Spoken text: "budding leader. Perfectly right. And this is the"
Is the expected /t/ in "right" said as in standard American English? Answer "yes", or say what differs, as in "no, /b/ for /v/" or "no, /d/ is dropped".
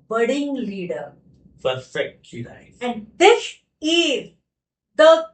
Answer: no, /t/ is dropped